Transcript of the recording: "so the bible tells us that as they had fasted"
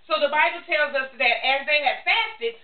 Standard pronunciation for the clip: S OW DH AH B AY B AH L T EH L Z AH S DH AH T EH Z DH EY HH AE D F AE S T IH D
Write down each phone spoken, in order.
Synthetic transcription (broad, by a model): S OW DH AH B AY B L T EH L Z AH S DH AH T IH Z DH EY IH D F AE S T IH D